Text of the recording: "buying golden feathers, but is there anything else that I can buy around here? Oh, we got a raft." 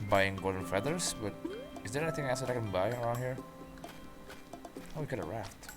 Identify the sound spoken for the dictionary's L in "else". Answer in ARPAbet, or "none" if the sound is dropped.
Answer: none